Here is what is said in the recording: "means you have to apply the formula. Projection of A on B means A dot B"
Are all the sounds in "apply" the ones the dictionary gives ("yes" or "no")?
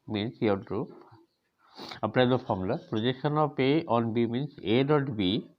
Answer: no